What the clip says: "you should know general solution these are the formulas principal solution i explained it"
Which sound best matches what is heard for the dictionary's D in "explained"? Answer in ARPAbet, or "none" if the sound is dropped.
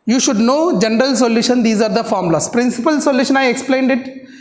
D